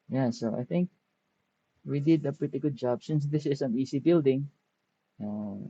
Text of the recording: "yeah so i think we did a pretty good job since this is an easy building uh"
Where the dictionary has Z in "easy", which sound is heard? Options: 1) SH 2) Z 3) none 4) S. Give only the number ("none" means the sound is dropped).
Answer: 4